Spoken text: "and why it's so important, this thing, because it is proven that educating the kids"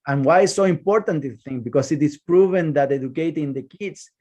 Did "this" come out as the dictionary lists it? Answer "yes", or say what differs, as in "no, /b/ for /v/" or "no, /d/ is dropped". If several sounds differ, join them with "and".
no, /s/ is dropped